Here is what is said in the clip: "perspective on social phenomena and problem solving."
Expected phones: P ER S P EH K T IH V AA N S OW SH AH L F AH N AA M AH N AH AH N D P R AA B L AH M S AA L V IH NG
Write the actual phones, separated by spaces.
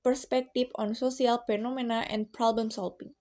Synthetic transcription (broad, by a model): P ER S P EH K T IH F AA N S OW S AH L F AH N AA M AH N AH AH N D P R AA B L AH M S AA L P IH NG